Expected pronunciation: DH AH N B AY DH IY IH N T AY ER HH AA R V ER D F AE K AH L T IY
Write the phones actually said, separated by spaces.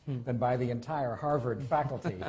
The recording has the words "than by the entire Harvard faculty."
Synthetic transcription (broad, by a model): DH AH N B AY DH IY IH N T AY ER HH AA R V ER D F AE K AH L T IY